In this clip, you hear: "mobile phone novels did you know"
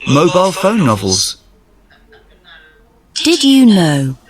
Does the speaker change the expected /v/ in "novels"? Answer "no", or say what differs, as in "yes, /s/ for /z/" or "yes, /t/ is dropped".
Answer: no